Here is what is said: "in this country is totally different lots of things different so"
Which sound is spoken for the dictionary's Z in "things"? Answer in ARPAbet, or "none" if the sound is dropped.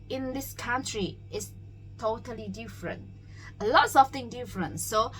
none